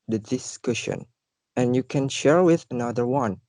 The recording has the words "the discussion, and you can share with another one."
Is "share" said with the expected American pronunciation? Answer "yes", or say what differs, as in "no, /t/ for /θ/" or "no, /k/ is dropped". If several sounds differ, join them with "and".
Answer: yes